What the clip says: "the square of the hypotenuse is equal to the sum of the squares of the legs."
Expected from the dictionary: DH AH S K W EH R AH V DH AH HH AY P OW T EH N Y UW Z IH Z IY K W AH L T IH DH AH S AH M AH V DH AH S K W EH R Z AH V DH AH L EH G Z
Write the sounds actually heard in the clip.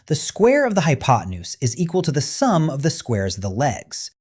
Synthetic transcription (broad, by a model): DH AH S K W EH R AH V DH AH HH AY P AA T N UW S IH Z IY K W AH L T IH DH AH S AH M AH V DH AH S K W EH R Z AH V DH AH L EH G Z